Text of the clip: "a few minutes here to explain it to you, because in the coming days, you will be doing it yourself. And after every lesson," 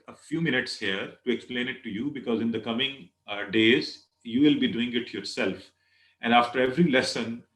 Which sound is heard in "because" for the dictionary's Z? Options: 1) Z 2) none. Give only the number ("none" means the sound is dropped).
1